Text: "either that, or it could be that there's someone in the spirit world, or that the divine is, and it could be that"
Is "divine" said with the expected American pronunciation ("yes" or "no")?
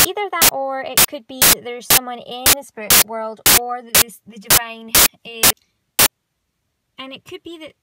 yes